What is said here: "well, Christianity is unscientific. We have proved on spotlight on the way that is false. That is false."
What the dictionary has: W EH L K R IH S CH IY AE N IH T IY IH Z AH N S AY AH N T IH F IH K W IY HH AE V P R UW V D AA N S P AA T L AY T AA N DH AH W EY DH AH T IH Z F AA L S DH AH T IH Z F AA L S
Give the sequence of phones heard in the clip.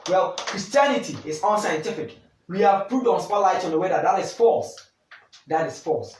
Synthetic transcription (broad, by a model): W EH L K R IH S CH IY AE N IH T IY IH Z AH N S AY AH N T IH F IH K W IY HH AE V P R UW D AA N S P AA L AY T AA N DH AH W EY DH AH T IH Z F AA L S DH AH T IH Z F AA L S